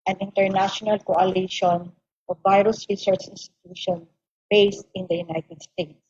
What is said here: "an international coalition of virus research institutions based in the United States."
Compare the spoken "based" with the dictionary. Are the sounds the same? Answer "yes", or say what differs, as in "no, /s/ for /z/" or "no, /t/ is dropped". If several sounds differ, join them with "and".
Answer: yes